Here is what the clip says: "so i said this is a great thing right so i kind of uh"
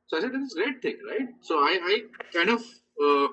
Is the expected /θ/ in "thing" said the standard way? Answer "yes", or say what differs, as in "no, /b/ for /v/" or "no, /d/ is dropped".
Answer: no, /t/ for /θ/